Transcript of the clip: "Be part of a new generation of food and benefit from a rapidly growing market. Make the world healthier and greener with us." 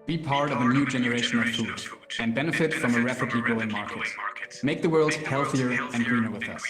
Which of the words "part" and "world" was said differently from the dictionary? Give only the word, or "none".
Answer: none